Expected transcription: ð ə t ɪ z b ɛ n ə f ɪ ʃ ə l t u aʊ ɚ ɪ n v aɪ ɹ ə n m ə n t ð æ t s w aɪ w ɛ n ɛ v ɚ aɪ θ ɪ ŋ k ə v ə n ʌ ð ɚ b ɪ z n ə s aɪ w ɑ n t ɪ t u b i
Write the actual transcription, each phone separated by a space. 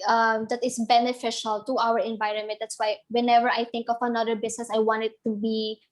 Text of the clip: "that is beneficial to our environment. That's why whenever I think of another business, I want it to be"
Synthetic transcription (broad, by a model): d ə t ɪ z b ɛ n ə f ɪ ʃ ə l t u aʊ ɚ ɪ n v aɪ ɹ ə n m ə n t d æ t s w aɪ w ɛ n ɛ v ɚ aɪ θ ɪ ŋ k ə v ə n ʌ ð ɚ b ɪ s n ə s aɪ w ɑ n t ɪ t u b i